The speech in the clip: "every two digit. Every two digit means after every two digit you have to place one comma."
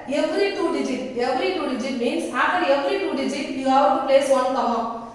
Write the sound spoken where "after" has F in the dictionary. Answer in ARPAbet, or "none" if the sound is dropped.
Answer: none